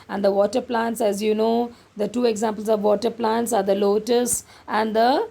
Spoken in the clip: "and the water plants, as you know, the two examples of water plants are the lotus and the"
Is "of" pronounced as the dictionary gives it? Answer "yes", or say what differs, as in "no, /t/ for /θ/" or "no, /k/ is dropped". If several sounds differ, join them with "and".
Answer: yes